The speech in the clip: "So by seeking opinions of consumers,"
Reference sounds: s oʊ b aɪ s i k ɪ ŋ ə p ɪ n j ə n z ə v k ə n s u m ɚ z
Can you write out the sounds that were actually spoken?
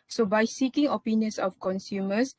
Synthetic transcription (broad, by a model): s oʊ b aɪ s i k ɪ ŋ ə p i n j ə n s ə f k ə n s u m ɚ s